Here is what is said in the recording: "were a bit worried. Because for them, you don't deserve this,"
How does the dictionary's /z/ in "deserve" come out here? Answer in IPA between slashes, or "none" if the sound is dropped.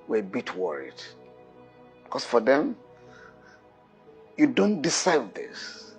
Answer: /s/